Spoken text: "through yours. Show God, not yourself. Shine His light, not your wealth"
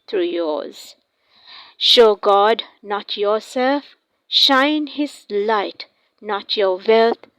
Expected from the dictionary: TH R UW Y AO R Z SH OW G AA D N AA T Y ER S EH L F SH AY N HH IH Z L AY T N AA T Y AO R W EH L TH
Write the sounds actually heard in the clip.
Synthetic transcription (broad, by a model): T R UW Y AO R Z SH OW G AA D N AA T Y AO S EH L F SH AY N HH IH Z L AY T N AA T Y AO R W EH L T